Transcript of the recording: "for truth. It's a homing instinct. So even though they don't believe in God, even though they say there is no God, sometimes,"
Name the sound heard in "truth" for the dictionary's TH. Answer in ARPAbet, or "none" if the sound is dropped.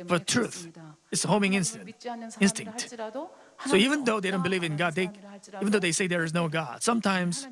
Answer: TH